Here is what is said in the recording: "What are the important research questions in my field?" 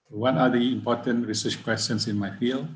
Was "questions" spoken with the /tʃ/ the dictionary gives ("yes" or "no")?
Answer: no